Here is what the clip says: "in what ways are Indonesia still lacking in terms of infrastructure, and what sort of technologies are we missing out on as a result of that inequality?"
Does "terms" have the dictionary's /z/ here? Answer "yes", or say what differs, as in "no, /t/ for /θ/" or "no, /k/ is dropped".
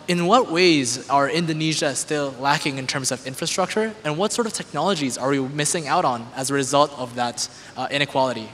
yes